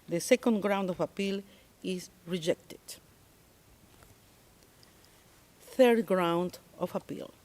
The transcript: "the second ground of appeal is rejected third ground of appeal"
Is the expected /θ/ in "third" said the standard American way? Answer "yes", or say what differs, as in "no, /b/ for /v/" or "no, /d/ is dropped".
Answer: yes